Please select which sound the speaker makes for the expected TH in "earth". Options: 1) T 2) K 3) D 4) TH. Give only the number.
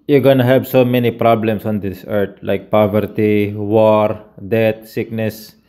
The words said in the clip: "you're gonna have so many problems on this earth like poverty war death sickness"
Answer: 1